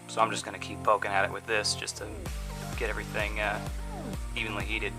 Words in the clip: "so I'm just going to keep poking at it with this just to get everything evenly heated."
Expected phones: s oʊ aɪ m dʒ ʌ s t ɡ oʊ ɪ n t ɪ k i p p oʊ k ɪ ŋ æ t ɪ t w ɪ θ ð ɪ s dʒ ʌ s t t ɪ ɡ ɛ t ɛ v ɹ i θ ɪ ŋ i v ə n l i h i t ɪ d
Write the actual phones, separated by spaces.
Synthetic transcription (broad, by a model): s oʊ aɪ m dʒ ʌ s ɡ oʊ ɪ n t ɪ k i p p oʊ k ɪ ŋ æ t ɪ t w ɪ ð ɪ s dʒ ʌ s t t ɪ ɡ ɛ t ɛ v ɹ i θ ɪ ŋ i v ə n l i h i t ɪ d